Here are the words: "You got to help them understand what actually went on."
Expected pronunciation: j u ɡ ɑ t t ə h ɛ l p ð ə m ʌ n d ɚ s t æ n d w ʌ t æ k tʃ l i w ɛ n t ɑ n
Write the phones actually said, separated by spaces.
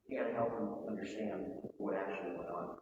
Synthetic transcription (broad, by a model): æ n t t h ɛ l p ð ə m ʌ n d ɚ s t æ n d w ʌ t æ k tʃ l i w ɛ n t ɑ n